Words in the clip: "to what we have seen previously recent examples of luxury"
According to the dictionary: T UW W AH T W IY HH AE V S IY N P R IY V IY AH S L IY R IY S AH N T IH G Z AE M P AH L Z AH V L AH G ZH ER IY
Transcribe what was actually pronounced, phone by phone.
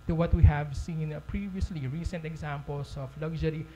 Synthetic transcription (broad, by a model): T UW W AH T W IY HH AE V S IY N P R IY V IY AH S L IY R IY S AH N T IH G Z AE M P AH L S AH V L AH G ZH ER IY